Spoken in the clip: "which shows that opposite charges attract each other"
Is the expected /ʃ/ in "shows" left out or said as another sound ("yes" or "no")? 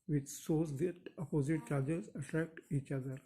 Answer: yes